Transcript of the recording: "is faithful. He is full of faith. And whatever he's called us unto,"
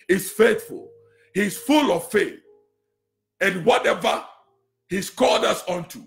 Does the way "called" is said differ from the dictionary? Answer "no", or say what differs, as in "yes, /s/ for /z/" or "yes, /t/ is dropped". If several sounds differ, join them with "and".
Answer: yes, /l/ is dropped